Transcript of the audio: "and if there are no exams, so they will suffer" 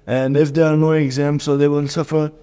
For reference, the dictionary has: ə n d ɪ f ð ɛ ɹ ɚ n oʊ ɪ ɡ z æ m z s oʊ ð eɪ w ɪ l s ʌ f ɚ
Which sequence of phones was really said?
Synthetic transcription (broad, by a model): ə n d ɪ f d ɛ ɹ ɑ n oʊ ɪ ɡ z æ m s oʊ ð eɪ w ɪ l s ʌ f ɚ